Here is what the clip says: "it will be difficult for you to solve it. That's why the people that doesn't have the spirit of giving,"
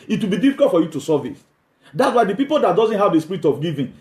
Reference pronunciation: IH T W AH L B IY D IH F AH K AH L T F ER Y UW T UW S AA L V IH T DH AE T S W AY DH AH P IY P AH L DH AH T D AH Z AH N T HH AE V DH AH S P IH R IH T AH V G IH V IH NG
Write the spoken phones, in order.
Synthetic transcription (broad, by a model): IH T W AH L B IY D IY F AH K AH L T F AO Y UW T UW S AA V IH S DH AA T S W AY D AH P IY P AH L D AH T D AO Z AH N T HH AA V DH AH S P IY R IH T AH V G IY V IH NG